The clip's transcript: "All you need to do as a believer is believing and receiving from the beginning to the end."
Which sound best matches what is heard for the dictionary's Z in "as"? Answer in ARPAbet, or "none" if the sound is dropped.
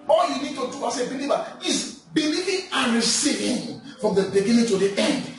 S